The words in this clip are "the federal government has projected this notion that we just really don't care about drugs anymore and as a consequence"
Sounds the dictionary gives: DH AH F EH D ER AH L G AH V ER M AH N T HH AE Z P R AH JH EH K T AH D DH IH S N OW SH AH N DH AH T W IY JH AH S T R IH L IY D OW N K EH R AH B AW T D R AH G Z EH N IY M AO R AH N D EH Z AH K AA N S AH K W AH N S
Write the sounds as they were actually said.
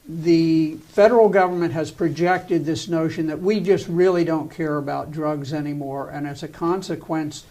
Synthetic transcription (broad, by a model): DH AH F EH D ER L G AH V ER M AH N T HH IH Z P R AH JH EH K T AH D DH IH S N OW SH AH N DH AH T W IY JH AH S T R IH L IY D OW N K EH R AH B AW T D R AH G Z EH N IY M AO R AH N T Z AH K AA N S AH K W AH N S